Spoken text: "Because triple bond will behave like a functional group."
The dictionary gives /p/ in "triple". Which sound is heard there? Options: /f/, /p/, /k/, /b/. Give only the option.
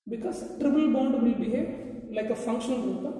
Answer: /b/